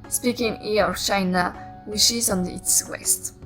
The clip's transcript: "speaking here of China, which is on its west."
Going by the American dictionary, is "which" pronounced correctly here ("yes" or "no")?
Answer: no